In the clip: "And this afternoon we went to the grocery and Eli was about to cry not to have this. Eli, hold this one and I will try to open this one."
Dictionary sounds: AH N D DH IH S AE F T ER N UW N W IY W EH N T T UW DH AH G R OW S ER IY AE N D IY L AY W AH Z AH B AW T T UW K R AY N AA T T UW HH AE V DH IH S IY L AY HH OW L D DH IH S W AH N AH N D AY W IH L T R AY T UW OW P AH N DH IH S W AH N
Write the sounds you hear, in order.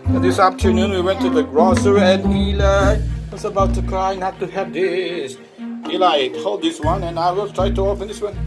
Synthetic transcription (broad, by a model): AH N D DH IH S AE P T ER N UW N W IY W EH N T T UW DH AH G R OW S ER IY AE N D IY L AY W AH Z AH B AW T T UW K R AY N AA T T UW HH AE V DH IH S IY L AY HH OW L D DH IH S W AH N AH N AY W IH L T R AY T UW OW F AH N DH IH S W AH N